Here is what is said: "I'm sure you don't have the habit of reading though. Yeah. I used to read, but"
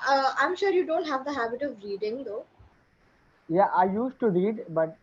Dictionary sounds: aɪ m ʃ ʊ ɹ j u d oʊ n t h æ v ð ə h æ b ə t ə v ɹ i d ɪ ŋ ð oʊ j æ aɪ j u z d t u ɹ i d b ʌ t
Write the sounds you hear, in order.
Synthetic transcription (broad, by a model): aɪ m ʃ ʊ ɹ j u d oʊ n t h æ v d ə h æ b ə t ə v ɹ i d ɪ ŋ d oʊ j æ aɪ j u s t u ɹ i d b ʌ t